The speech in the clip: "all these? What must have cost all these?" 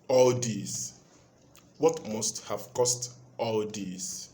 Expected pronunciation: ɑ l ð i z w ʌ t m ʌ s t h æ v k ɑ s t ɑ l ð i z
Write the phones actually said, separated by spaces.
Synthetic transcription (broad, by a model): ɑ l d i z w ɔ t m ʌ s t h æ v k ɑ s t ɑ l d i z